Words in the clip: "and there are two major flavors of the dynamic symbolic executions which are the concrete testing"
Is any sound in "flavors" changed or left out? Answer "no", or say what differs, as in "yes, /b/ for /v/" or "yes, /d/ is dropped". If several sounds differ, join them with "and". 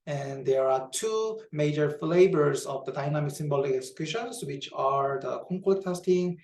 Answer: yes, /b/ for /v/